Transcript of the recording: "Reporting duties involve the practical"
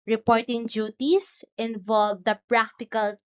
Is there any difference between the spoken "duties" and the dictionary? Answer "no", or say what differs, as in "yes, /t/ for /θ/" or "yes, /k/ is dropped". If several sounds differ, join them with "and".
yes, /s/ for /z/